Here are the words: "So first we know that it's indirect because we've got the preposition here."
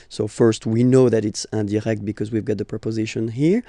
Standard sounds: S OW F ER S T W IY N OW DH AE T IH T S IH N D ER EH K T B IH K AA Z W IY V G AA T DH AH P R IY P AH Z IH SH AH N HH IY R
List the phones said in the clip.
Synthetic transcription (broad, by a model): S OW F ER S T W IY N OW DH AE T IH T S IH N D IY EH K T B IH K AA Z W IY V G AA T DH AH P R IY P AH Z IH SH AH N HH IY R